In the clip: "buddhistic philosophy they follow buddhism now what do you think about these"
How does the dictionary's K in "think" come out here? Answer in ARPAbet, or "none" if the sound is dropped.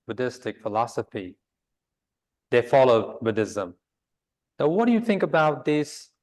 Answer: K